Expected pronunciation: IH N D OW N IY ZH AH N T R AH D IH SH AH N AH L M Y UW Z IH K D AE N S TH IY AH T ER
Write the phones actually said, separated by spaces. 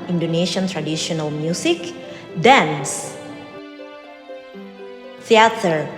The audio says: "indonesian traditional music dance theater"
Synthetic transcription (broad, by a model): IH N D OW N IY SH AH N T R AH D IH SH AH N AH L M Y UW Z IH K D AE N S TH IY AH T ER